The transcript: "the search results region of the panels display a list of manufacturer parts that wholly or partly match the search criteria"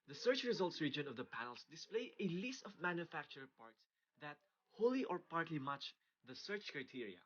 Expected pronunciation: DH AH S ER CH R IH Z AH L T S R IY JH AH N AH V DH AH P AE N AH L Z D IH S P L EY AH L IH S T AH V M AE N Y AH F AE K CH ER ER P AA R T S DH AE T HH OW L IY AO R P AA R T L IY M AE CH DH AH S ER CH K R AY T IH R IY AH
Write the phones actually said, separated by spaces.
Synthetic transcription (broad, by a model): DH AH S ER CH R IH Z AH L T S R IY JH AH N AH V DH AH P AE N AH L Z D IH S P L EY AH L IH S T AH V M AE N Y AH F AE K CH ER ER P AA R T S DH AE T HH OW L IY AO R P AA R T L IY M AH CH DH AH S ER CH K R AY T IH R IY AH